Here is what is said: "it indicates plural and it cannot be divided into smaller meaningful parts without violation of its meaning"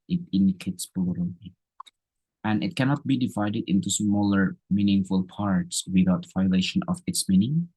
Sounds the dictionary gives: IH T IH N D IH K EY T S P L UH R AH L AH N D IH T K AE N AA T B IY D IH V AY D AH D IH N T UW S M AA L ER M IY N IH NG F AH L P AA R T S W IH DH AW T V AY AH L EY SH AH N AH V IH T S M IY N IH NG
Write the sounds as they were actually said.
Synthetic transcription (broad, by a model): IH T IH N D IH K EY T S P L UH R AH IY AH N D IH T K AE N AA T B IY D IH V AY D AH D IH N T UW S M AA L ER M IY N IH NG F AH L P AA R T S W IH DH AW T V AY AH L EY SH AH N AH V IH T S M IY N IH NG